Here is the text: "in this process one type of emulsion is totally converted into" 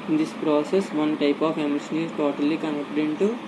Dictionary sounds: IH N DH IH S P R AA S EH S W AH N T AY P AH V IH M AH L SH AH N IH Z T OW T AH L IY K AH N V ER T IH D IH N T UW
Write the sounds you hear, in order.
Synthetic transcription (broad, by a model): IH N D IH S P R AA S EH S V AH N T AY P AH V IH M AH SH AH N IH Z T OW T AH L IY K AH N ER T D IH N T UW